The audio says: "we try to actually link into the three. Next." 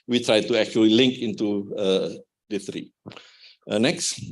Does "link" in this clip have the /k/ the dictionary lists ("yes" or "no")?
yes